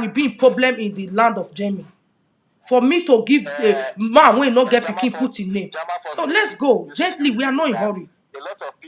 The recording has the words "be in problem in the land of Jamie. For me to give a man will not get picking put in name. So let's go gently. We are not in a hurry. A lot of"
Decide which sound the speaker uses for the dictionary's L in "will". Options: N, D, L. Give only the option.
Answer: N